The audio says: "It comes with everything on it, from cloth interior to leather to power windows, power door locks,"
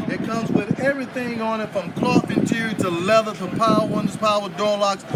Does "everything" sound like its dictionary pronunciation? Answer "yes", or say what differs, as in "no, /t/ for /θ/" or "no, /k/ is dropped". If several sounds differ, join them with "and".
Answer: yes